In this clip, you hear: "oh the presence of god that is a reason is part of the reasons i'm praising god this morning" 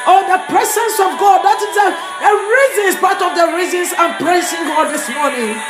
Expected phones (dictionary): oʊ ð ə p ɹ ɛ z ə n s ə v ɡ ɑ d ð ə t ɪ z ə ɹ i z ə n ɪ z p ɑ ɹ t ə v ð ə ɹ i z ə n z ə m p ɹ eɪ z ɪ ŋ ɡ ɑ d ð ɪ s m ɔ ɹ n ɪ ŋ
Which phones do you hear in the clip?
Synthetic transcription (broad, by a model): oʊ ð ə p ɹ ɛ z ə n s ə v ɡ ɑ d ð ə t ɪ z ə ɹ i z ə n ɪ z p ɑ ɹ t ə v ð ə ɹ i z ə n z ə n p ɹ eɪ s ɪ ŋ ɡ ɑ d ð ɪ s m ɔ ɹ n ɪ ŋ